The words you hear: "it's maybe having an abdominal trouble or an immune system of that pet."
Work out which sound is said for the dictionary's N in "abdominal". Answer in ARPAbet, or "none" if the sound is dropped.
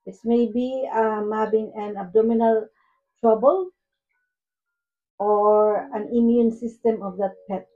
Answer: N